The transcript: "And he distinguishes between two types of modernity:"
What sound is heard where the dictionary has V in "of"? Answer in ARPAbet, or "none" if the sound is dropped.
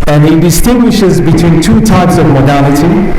V